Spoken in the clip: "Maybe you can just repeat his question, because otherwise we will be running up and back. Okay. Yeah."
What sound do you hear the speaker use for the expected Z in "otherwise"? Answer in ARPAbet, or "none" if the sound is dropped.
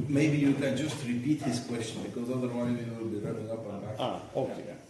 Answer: Z